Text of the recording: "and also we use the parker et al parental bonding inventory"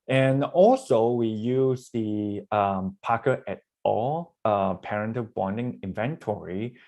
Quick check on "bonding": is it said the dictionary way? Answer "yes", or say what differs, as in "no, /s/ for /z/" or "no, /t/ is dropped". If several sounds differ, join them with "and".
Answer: yes